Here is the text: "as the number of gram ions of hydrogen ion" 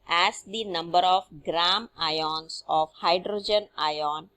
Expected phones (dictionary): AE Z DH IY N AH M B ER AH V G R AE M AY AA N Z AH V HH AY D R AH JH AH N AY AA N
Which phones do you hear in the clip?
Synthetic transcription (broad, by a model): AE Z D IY N AH M B ER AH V G R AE M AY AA N S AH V HH AY D R AH JH AH N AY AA N